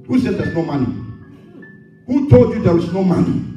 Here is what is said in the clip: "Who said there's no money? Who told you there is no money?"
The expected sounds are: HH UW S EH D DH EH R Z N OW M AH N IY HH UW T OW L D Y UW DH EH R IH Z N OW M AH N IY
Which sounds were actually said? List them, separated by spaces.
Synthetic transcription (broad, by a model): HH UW S EH D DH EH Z N OW M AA N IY HH UW T OW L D Y UW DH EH W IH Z N OW M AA N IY